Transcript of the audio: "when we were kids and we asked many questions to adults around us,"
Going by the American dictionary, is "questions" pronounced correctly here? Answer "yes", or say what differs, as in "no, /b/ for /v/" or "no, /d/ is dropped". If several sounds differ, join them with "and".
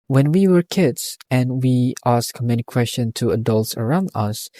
no, /z/ is dropped